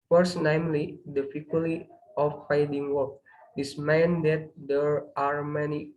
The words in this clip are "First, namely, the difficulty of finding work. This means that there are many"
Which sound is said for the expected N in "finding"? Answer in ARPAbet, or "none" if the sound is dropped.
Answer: none